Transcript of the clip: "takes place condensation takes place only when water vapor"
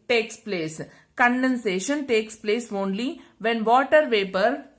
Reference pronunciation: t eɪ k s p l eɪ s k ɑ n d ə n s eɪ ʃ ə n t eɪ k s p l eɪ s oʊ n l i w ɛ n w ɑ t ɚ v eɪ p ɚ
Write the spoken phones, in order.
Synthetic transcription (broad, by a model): t eɪ k s p l eɪ s k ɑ n d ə n s eɪ ʃ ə n t eɪ k s p l eɪ s oʊ n l i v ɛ n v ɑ t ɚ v eɪ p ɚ